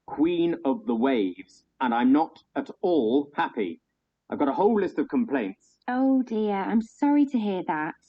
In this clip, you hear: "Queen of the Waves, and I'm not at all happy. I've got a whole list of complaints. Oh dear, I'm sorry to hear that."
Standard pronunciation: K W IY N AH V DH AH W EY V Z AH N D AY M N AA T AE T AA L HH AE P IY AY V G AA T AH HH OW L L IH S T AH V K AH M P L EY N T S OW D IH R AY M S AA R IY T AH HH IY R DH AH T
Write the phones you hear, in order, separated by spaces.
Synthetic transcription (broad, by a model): K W IY N AH V DH AH W EY V Z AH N AY M N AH T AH T AA L HH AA P IY AY V G AA T AH HH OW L L IH S T AH V K AH M P L EY N T S OW D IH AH AY M S AA R IY T AH HH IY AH DH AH T